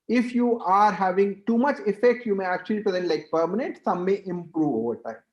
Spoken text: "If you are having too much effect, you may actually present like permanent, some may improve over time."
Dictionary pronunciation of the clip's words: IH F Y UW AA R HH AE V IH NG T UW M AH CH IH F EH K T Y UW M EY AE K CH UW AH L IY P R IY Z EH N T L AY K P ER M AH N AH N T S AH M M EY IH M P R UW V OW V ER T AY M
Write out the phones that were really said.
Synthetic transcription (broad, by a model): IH F Y UW AA R HH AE V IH NG T UW M AH CH IH F EH K T Y UW M EY AE K CH UW AH L IY P R IY Z EH N T L AY K P ER M AH N AH N T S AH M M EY IH M P R UW V OW V ER T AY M